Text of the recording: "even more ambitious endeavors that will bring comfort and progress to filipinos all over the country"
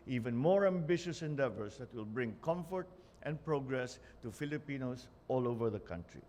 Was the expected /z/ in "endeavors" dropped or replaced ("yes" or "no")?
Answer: yes